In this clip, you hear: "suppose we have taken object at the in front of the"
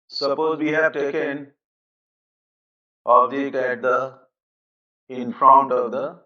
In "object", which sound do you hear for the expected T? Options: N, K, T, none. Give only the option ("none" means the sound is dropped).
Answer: none